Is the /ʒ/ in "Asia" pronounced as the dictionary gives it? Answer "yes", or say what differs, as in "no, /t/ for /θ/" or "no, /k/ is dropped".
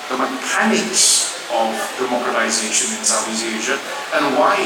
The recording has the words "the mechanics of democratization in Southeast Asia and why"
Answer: yes